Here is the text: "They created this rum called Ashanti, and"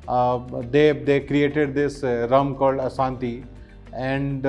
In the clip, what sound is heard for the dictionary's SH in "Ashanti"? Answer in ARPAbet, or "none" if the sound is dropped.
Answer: S